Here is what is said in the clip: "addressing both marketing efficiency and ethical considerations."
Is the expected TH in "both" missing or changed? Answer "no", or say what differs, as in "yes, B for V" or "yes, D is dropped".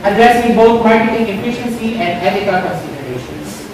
yes, T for TH